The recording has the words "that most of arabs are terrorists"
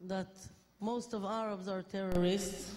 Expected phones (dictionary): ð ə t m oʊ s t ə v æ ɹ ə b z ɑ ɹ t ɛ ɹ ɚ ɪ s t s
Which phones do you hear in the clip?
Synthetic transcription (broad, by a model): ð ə t m oʊ s t ə v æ ɹ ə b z ɑ ɹ t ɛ ɹ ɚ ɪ s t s